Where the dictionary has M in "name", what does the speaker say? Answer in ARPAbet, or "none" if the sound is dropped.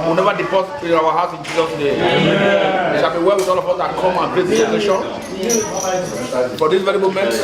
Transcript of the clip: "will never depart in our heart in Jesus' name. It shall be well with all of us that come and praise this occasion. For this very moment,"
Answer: none